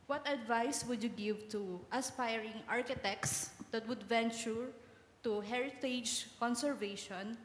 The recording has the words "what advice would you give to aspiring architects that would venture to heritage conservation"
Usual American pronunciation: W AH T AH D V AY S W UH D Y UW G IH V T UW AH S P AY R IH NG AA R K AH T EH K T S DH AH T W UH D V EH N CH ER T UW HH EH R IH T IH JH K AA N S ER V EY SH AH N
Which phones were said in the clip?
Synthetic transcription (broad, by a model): W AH T AH D V AY S W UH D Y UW G IH V T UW AH S P AY R IH NG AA R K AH T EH K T S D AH T W UH D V EH N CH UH T UW HH EH R IH T IH JH K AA N S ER V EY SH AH N